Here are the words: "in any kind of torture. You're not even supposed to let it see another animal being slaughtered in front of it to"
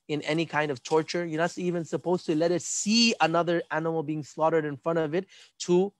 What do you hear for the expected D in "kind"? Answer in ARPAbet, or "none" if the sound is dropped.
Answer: D